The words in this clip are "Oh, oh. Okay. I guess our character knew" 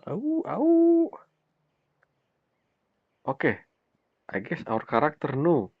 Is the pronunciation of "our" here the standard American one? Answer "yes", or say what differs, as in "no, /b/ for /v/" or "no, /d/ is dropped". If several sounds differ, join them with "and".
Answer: yes